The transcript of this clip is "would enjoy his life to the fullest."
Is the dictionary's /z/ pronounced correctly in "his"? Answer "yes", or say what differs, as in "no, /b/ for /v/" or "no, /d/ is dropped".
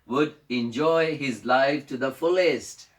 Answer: yes